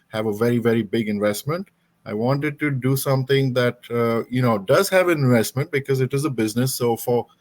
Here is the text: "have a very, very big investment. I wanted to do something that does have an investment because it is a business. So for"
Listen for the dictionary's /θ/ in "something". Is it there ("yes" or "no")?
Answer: no